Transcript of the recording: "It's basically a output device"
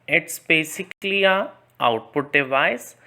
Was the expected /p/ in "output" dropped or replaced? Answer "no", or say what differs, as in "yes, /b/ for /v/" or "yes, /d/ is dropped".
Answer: no